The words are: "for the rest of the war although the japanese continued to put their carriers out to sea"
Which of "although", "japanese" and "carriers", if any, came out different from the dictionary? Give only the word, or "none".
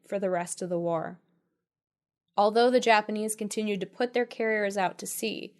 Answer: none